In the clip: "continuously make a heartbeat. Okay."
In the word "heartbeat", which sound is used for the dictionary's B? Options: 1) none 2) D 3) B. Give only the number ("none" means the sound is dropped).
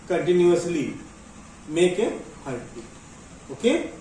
1